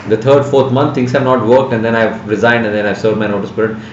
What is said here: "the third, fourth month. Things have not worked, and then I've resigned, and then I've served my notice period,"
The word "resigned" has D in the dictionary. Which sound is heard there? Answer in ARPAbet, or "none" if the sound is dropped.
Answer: D